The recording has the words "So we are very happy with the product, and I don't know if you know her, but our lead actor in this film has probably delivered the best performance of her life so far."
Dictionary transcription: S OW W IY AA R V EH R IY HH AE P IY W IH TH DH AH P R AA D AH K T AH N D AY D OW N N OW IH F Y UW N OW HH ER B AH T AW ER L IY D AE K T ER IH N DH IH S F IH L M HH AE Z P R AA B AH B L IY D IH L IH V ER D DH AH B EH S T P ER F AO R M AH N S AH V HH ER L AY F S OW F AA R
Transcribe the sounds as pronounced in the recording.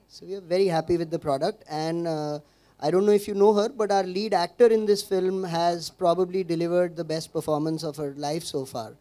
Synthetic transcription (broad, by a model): S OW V IY AA R V EH R IY HH AE P IY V IH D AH P R AA D AH K T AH N D AY D OW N N OW IH F Y UW N OW HH ER B AH T AW ER L IY D AE K T ER IH N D IH S F IH L M HH AE Z P R AA B AH B L IY D IH L IH V ER D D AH B EH S T P ER F AO R M AH N S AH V HH ER L AY F S OW F AA R